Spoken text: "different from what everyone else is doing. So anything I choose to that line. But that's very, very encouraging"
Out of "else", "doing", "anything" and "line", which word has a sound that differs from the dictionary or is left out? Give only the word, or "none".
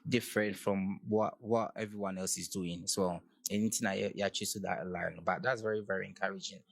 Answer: anything